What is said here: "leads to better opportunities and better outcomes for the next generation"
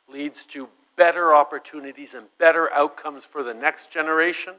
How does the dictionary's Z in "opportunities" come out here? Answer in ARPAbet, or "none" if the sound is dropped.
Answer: Z